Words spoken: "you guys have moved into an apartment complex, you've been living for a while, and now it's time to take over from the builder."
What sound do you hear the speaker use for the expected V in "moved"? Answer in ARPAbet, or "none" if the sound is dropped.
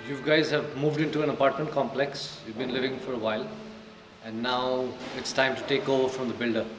V